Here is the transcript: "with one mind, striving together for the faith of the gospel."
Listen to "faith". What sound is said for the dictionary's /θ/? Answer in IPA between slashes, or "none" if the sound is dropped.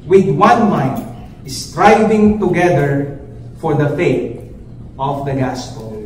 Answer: /t/